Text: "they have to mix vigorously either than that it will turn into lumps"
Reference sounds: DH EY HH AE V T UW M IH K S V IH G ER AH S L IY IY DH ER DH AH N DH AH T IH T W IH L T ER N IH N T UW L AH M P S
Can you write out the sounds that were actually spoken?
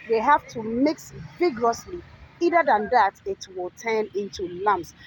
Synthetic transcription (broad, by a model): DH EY HH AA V T UW M IH K S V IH G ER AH S L IY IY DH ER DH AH N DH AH T IH T W IH L T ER N IH N T UW L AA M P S